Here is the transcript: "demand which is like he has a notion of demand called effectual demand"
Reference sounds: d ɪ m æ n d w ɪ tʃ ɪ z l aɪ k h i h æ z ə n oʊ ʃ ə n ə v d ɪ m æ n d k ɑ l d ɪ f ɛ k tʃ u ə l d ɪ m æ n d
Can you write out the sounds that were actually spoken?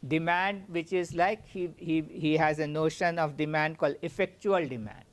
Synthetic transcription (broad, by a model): d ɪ m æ n d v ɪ tʃ ɪ z l aɪ k h i h æ z ə n oʊ ʃ ə n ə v d ɪ m æ n d k ɑ l d ɪ f ɛ k tʃ u ə l d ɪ m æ n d